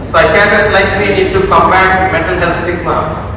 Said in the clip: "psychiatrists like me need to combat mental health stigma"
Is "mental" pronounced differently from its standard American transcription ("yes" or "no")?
yes